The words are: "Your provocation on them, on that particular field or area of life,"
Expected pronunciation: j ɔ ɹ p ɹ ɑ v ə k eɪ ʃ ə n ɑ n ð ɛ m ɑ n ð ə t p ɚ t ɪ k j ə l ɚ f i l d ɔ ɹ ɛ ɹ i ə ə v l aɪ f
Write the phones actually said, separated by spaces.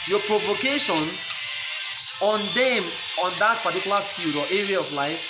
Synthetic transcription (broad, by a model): j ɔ p ɹ ɑ v ə k eɪ ʃ ə n ɑ n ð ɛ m ɑ n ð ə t p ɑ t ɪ k j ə l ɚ f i d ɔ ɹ ɛ ɹ i ə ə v l aɪ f